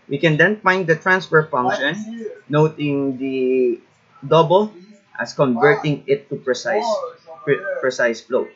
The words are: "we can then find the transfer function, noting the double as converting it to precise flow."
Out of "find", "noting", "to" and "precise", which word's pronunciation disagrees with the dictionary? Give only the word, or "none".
to